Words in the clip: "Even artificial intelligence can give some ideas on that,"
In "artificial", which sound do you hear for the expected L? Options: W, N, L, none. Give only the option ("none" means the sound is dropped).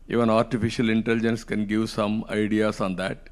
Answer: L